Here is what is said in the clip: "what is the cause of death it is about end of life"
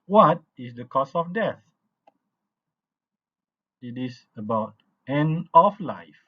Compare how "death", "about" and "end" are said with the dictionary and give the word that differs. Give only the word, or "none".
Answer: end